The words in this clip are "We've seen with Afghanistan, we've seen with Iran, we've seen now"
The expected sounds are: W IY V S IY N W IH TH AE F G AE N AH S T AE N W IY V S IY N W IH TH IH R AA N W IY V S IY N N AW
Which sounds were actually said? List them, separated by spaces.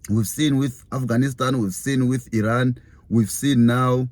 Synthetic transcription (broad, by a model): W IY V S IY N W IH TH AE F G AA N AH S T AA N W IY V S IY N W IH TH IH R AA N W IY V S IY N N AW